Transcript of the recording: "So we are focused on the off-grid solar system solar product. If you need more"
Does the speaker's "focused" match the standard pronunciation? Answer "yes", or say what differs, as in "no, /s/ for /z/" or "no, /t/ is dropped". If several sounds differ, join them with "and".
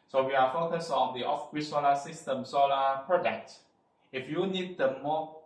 no, /t/ is dropped